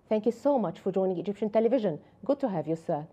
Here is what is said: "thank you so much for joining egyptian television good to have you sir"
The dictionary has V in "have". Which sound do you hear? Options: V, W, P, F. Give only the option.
V